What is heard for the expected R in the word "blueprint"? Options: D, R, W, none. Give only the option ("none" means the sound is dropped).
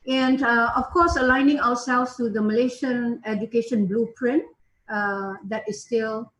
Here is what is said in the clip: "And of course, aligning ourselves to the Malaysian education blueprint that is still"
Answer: R